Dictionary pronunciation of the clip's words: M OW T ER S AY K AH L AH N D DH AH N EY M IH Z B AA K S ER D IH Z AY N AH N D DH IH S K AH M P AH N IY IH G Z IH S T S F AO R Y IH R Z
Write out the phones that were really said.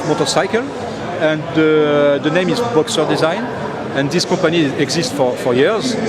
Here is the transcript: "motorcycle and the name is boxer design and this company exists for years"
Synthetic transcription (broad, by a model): M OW T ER S AY K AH L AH N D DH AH N EY M IH Z B AA K S ER D IH Z AY N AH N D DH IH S K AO M P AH N IY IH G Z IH S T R F AO R Y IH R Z